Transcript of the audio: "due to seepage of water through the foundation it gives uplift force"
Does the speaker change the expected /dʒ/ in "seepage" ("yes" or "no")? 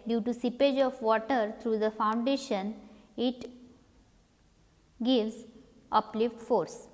no